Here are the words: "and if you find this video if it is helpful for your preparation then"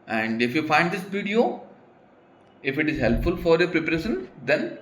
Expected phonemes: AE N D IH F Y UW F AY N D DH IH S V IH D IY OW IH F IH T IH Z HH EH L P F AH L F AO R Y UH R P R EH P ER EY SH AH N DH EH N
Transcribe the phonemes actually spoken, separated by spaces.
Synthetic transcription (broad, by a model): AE N D IH F Y UW F AY N D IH S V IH D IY OW IH F IH T IH Z HH EH L P F AH L F AO R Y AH P R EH P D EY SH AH N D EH N